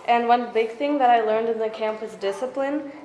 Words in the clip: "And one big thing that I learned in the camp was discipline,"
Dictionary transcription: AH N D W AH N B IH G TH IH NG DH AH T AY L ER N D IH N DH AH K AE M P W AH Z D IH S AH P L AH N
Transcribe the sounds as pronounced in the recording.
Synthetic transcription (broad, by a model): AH N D W AH N B IH G TH IH NG DH AH T AY L ER N D IH N DH AH K AE M P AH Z D IH S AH P L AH N